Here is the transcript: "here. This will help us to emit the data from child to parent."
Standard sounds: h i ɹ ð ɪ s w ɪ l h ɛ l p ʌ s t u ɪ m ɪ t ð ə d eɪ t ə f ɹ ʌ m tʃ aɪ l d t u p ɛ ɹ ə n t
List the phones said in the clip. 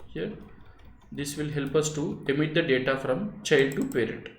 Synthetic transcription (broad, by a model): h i ɹ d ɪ s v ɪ l h ɛ l p ʌ s t u ɪ m ɪ t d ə d eɪ t ə f ɹ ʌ m tʃ aɪ l d t u p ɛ ɹ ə n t